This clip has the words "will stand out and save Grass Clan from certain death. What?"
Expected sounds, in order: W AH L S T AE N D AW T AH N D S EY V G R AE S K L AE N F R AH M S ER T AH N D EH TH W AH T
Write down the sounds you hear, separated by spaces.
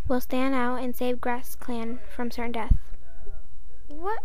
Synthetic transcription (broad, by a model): W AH L S T AE N D AW T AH N S EY V G R AE S K L AE N F R AH M S ER T N D EH TH W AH T